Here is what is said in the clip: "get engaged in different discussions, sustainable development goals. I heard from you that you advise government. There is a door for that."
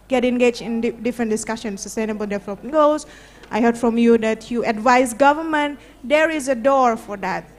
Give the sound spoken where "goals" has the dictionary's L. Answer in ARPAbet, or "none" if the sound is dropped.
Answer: none